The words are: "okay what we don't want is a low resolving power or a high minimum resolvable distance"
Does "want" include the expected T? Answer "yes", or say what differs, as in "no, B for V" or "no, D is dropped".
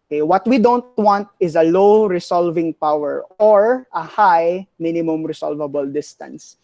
yes